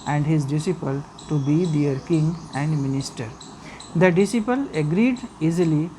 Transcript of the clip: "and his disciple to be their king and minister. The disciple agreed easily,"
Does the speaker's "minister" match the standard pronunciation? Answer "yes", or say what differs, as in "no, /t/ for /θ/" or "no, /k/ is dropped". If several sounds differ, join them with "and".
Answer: yes